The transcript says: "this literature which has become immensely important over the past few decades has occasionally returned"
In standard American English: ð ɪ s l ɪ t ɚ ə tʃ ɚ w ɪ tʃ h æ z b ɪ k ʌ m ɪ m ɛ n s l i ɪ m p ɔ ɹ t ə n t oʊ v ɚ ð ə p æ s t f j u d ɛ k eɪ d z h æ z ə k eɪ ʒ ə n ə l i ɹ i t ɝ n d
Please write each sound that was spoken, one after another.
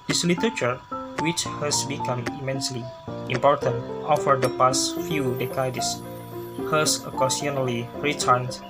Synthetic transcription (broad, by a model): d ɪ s l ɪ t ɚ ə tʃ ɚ w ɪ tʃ h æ s b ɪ k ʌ m ɪ m ɛ n s l i ɪ m p ɔ ɹ t ə n t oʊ f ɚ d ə p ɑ s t f j u d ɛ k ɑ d s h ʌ s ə k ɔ s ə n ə l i ɹ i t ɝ n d